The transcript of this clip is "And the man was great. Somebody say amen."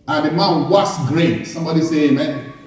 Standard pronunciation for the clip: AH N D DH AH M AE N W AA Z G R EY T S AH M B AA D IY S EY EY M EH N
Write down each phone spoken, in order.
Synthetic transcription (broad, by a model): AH N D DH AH M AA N W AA S G R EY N S AH M B AA D IY S EY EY M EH N